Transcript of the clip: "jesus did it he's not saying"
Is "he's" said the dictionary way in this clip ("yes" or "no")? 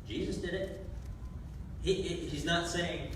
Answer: yes